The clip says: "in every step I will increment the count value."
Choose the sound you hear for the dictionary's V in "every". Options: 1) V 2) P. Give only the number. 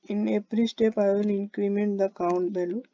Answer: 2